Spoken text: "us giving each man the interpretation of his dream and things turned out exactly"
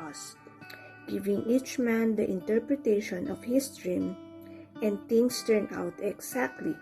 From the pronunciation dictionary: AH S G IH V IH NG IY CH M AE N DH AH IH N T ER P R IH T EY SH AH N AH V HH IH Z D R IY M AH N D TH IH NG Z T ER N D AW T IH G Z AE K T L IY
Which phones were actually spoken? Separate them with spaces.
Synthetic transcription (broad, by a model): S G IH V IH NG IY CH M AE N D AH IH N T ER P R IH T EY SH AH N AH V HH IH S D R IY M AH N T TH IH NG S T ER N AW T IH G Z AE K T L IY